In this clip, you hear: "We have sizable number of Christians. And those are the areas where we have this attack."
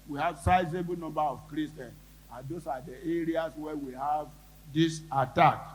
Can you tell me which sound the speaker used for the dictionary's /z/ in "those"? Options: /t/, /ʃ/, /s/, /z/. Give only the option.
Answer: /s/